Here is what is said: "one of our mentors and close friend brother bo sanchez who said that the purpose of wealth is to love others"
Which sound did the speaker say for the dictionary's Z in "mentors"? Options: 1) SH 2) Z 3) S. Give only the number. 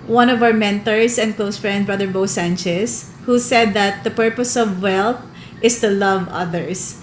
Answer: 3